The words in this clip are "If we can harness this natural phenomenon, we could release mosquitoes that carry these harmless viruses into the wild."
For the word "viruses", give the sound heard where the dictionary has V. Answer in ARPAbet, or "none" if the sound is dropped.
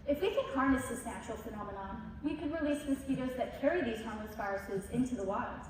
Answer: F